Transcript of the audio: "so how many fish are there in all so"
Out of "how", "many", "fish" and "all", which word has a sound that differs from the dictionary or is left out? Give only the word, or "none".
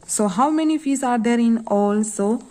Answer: fish